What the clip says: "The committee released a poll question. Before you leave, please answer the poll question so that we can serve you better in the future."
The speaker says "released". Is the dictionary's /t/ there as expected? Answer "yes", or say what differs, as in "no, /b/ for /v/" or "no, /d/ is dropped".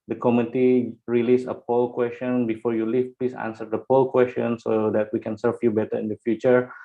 no, /t/ is dropped